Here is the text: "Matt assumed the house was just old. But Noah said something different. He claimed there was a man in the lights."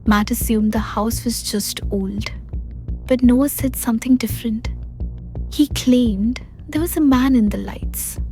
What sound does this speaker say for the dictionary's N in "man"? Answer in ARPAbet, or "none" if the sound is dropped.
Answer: N